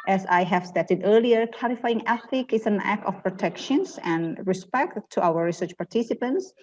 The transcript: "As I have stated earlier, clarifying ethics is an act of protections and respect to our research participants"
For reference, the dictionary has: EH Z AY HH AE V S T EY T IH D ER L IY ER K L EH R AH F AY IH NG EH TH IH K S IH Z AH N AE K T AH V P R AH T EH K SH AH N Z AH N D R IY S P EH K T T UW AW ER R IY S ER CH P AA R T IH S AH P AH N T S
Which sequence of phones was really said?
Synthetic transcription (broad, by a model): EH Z AY HH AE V S T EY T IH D ER L IY ER K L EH R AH F AY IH NG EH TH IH K IH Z AH N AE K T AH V P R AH T EH K SH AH N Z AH N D R IY S P EH K T T UW AW ER R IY S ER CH P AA R T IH S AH P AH N T S